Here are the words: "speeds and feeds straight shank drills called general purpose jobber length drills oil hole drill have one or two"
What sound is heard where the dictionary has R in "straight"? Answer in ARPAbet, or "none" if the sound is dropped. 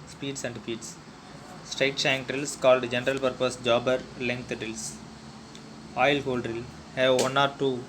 R